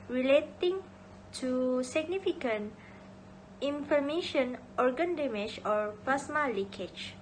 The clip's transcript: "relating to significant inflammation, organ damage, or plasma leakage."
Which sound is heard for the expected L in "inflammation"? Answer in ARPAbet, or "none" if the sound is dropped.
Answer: none